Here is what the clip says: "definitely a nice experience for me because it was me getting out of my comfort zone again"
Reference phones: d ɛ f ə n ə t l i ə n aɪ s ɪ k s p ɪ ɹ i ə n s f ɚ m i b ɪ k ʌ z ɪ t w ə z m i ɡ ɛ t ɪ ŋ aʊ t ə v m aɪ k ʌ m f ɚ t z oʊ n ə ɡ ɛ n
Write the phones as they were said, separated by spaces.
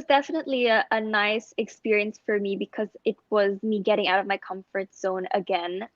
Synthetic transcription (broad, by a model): d ɛ f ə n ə t l i ə n aɪ s ɪ k s p ɪ ɹ i ə n s f ɚ m i b ɪ k ʌ z ɪ t w ə z m i ɡ ɛ t ɪ ŋ aʊ t ə v m aɪ k ʌ m f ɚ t z oʊ n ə ɡ ɛ n